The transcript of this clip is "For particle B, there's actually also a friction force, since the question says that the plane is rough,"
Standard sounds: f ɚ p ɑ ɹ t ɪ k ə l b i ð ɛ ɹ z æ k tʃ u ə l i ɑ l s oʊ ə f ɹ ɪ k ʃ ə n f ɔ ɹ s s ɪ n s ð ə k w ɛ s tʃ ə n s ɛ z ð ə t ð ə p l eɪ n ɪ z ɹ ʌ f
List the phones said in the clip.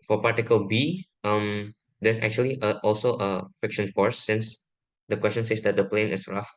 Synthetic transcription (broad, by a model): f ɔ p ɑ ɹ t ɪ k ə l b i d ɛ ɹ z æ k tʃ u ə l i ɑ l s oʊ ə f ɪ k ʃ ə n f ɔ ɹ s s ɪ n s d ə k w ɛ s tʃ ə n s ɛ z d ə t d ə p l eɪ n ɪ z ɹ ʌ f